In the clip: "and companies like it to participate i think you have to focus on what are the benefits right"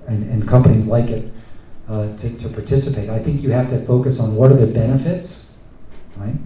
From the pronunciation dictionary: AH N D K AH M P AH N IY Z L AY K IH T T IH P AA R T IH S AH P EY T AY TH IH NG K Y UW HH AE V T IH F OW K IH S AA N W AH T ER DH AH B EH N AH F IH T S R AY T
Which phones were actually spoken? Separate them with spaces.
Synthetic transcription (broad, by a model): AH N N K AH M P AH N IY Z L AY K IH T T IH P AA R T IH S AH P EY T AY TH IH NG K Y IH HH AE F T IH F OW K IH S N W AH T ER DH AH B EH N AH F IH T S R AY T